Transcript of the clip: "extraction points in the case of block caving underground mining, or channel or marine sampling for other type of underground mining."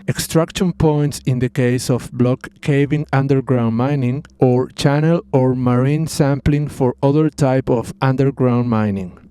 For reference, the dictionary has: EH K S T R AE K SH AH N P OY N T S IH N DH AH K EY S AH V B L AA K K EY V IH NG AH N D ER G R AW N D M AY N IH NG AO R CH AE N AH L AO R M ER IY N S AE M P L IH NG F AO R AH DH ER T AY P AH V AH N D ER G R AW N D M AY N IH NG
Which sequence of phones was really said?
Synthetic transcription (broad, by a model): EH K S T R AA K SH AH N P OY N T S IH N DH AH K EY S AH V B L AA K K EY V IH NG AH N D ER G R AW N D M AY N IH NG AO R CH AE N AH L AO R M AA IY N S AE M P L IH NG F AO R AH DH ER T AY P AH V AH N D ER G R AW N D M AY N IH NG